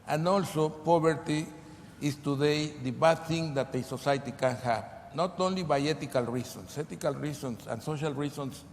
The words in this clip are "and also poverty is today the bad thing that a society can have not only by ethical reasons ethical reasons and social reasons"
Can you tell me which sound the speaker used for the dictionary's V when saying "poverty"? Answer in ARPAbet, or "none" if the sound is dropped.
B